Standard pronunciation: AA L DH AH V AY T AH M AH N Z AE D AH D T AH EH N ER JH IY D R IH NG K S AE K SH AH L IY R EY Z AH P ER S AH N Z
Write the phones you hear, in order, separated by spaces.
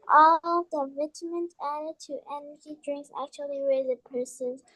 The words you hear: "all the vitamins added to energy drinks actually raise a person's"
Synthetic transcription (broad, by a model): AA L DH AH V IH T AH M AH N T AE D AH D T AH EH N ER JH IY D R IH NG K S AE K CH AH L IY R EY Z AH P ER S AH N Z